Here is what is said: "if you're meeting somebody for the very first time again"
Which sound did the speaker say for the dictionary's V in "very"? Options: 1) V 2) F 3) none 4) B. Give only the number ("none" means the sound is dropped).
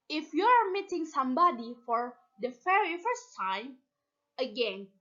2